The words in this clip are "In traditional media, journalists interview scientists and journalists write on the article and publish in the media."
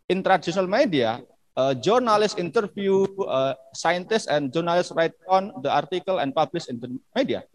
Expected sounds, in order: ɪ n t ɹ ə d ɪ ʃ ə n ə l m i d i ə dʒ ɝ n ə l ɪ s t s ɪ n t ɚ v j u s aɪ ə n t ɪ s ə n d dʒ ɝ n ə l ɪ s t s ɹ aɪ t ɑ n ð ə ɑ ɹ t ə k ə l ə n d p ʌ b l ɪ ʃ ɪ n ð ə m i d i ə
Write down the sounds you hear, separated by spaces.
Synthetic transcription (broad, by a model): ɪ n t ɹ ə d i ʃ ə n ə l m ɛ d i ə dʒ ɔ n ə l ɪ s s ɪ n t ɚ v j u s aɪ ə n t ɪ s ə n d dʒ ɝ n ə l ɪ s s ɹ aɪ t ɑ n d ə ɑ ɹ t ə k ə l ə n p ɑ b l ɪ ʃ ɪ n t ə m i d i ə